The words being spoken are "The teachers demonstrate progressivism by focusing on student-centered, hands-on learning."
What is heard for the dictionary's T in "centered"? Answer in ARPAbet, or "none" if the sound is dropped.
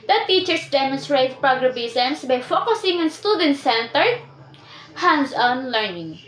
T